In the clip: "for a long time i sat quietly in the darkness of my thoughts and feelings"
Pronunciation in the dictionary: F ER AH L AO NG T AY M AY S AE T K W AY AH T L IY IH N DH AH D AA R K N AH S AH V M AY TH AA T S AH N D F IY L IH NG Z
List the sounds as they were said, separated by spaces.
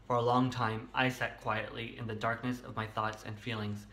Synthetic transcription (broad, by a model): F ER AH L AO NG T AY M AY S AE T K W AY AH T L IY IH N DH AH D AA R K N AH S AH V M AY TH AA T S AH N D F IY L IH NG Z